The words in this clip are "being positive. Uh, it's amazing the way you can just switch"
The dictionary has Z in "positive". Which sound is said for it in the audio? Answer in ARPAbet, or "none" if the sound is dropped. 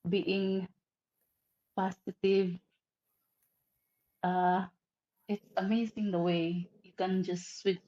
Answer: S